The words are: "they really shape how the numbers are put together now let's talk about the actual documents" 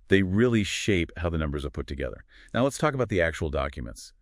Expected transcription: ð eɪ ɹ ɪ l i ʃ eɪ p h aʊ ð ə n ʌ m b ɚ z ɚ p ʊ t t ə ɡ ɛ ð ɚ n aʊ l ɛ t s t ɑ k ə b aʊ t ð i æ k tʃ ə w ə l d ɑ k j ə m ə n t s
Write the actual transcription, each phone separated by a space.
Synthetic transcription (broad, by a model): ð eɪ ɹ ɪ l i ʃ eɪ p h aʊ ð ə n ʌ m b ɚ z ɚ p ʊ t t ə ɡ ɛ ð ɚ n aʊ l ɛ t s t ɑ k ə b aʊ t ð i æ k tʃ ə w l d ɑ k j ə m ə n t s